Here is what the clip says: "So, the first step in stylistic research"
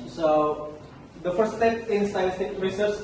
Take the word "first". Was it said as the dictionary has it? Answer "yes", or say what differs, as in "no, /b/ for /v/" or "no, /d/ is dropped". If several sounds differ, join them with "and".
no, /s/ is dropped